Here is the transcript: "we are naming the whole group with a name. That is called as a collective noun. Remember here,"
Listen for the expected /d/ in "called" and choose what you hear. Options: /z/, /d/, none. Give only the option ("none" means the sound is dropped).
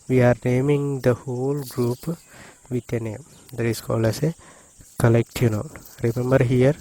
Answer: none